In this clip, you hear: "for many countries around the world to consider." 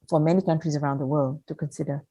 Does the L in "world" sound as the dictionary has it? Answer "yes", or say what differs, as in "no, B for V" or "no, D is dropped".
yes